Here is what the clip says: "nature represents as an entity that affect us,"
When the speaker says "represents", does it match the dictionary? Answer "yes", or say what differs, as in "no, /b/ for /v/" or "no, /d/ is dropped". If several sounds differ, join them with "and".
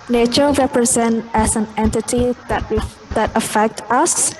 no, /s/ is dropped